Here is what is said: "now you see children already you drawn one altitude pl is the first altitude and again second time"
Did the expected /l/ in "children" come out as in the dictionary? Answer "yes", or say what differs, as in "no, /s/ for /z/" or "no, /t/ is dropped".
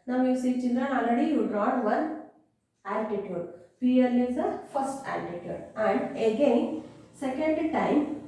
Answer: no, /n/ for /l/